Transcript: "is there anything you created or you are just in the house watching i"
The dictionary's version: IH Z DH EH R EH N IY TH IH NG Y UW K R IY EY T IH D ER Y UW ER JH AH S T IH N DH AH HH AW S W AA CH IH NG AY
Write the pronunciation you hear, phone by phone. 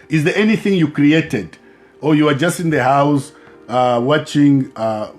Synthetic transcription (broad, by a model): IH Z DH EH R EH N IY TH IH NG Y UW K R IY EY T IH D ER Y UW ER JH AH S T IH N DH AH HH AW S W AA CH IH NG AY